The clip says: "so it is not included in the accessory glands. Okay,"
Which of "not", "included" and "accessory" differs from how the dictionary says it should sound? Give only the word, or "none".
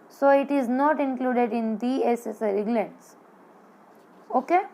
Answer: accessory